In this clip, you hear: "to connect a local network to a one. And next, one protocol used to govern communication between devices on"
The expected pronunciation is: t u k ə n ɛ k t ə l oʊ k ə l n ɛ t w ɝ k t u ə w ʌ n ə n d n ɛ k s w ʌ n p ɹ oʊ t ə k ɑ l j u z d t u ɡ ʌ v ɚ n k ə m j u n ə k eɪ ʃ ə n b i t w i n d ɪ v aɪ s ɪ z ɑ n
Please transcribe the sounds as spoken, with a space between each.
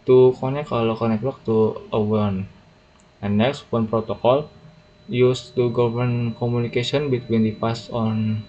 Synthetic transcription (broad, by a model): t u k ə n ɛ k ə l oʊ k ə n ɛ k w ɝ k t u ə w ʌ n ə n n ɛ k s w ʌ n p ɹ oʊ t ə k ɑ l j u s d t u ɡ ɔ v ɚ n k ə m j u n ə k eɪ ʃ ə n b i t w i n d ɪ p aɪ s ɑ n